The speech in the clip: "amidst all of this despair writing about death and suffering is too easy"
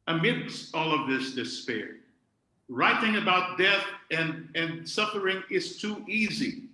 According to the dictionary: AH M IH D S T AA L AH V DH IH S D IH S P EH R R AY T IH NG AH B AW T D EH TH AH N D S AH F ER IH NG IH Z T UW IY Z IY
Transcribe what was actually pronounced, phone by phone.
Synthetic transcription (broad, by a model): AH M IH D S AA L AH V DH IH S D IH S P EH R R AY T IH NG AH B AW T D EH TH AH N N S AH F ER IH NG IH Z T UW IY Z IY